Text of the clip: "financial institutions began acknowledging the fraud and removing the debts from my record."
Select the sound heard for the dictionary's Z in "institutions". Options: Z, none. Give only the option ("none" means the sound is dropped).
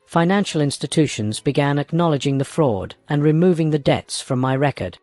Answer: Z